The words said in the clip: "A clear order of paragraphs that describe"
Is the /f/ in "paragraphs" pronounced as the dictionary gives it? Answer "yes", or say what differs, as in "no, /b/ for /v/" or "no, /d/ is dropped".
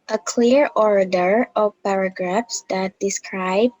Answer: yes